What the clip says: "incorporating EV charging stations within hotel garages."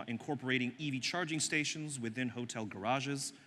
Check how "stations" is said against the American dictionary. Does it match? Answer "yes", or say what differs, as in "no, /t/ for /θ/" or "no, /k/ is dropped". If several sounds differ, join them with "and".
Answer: yes